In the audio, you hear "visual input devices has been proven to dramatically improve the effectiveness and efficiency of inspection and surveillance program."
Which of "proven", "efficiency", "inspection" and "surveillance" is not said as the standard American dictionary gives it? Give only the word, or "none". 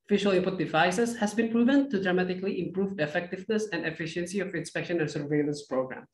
none